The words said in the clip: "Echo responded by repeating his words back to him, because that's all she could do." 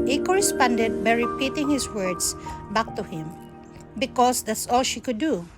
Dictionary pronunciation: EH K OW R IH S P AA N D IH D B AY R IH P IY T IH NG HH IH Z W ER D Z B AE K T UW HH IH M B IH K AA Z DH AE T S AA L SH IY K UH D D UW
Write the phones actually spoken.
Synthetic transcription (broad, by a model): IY K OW R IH S P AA N D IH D B AY R IH P IY T IH NG HH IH S W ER D S B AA K T UW HH IH M B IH K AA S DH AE T S AA L SH IY K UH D D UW